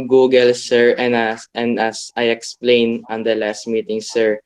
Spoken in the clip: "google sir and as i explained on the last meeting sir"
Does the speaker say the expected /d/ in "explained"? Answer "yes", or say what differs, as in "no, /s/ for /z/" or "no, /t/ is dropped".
no, /d/ is dropped